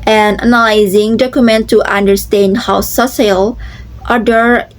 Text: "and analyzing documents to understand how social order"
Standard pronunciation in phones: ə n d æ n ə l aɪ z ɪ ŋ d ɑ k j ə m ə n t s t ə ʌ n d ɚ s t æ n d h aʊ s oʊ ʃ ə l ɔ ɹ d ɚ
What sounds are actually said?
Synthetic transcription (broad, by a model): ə n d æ n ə l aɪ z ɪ ŋ d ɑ k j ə m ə n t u t ə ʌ n d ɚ s t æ n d h aʊ s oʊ s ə l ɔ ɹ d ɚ